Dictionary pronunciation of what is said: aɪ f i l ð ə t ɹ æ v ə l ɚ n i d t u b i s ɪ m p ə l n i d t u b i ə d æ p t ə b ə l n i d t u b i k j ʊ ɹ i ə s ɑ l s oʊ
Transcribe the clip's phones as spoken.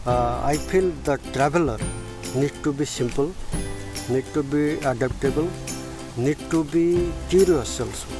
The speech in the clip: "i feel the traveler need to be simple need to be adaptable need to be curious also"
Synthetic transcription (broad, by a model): aɪ p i l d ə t ɹ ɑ b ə l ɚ n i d t u b i s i m p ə l n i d t u b i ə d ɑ p t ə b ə l n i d t u b i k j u ɹ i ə s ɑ l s